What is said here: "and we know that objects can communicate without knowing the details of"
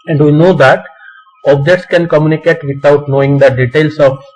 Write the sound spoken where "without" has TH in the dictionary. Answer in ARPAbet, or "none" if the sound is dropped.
T